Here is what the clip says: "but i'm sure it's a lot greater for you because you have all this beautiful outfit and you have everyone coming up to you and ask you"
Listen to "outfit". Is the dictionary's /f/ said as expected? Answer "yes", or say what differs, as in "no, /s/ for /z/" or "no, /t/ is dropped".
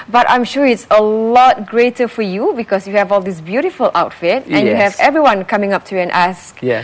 yes